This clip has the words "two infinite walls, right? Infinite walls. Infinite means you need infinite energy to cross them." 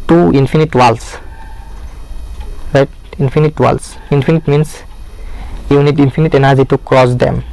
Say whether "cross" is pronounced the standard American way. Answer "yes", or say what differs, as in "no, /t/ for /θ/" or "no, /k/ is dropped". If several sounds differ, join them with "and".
yes